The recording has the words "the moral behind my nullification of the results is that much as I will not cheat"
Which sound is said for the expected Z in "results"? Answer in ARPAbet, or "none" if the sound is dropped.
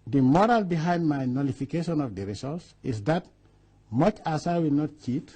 S